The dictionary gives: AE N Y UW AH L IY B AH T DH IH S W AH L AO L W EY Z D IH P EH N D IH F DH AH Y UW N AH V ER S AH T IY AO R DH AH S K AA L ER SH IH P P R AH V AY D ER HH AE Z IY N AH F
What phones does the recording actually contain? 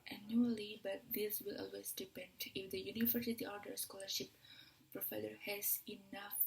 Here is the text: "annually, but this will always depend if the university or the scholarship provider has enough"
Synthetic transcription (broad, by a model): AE N Y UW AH L IY B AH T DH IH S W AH L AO L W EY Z D IH P EH N D IH F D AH Y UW N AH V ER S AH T IY AO R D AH S K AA L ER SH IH P P R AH F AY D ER HH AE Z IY N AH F